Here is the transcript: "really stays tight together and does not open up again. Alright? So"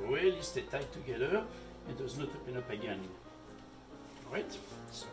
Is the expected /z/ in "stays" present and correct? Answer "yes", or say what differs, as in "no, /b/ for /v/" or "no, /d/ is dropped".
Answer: no, /z/ is dropped